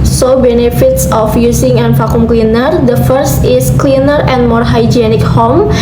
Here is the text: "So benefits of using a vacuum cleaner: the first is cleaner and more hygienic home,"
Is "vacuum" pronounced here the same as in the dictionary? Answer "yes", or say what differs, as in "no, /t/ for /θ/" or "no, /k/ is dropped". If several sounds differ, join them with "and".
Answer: no, /f/ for /v/